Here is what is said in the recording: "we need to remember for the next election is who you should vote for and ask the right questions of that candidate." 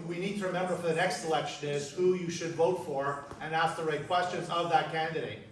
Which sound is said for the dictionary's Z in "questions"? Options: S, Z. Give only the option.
Z